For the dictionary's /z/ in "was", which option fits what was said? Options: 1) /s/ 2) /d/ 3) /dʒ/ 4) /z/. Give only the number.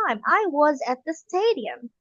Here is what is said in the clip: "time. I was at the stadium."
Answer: 4